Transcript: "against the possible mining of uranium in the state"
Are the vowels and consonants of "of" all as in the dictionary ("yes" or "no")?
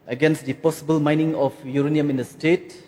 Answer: no